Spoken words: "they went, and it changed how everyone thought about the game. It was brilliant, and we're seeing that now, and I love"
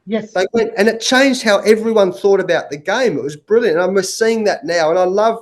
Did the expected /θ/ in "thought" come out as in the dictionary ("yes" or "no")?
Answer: yes